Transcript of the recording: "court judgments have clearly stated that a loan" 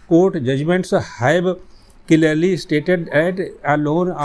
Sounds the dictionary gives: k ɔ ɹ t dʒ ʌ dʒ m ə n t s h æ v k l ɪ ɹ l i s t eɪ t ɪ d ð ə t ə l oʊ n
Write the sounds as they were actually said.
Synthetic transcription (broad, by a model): k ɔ ɹ t dʒ ʌ dʒ m ə n t s h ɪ b k l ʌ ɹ l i s t eɪ t ɪ d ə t ə l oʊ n